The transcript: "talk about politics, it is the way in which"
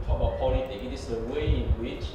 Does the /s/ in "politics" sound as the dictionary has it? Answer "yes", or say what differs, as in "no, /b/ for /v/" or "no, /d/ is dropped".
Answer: no, /s/ is dropped